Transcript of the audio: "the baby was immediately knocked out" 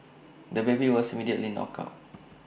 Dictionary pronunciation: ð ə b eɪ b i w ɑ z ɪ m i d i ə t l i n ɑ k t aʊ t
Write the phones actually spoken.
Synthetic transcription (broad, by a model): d ə b eɪ b i w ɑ s ɪ m i d i ə t l i n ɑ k aʊ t